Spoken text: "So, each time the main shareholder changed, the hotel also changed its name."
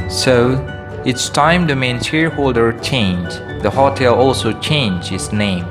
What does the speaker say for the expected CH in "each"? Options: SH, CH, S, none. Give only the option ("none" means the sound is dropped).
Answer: S